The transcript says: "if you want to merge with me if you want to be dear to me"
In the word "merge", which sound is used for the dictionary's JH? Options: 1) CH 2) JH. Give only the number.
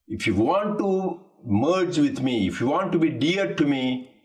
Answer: 2